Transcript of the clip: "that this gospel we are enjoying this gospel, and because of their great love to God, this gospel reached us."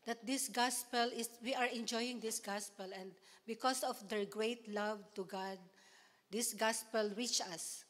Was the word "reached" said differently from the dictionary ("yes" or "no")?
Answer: yes